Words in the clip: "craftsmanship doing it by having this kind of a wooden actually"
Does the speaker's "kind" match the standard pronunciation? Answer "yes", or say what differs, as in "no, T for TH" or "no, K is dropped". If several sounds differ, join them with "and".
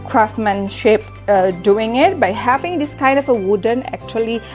yes